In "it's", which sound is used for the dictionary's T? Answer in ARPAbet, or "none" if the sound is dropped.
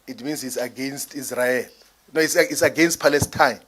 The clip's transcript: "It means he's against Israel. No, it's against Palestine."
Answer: S